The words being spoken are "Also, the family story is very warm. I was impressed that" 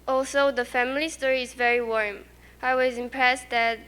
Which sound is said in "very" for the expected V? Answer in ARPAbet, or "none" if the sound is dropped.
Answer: V